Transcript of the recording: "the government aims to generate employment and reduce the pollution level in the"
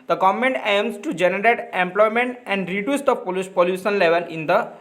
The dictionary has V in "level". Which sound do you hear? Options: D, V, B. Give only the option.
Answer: V